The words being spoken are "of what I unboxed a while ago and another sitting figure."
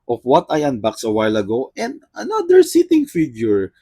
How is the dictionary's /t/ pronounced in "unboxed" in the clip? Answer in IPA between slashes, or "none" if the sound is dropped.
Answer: none